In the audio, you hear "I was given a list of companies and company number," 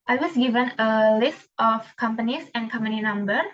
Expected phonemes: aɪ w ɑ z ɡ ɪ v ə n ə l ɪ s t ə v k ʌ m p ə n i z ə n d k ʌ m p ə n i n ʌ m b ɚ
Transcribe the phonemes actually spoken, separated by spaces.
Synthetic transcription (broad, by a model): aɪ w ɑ s ɡ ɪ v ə n ə l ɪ s t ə f k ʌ m p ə n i s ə n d k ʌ m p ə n i n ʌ m b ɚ